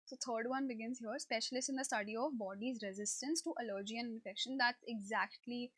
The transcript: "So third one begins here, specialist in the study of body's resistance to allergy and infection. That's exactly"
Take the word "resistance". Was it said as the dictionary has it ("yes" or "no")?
yes